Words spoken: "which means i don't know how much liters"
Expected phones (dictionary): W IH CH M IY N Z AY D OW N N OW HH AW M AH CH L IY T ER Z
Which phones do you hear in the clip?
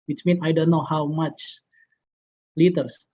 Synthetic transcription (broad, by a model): W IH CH M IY N AY D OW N N OW HH AW M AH CH L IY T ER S